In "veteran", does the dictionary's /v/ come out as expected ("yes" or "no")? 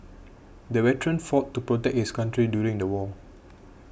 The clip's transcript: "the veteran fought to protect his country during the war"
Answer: no